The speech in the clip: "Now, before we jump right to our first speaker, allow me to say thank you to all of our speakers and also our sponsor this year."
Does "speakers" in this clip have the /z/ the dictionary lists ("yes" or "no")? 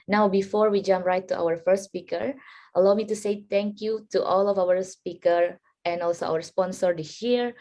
no